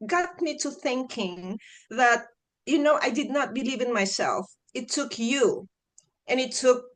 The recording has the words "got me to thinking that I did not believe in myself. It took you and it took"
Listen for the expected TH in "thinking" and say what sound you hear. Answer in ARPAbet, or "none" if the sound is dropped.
TH